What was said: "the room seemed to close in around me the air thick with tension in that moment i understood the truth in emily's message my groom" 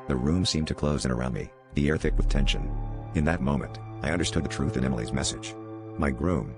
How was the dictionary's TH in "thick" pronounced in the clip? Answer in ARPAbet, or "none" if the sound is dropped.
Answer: TH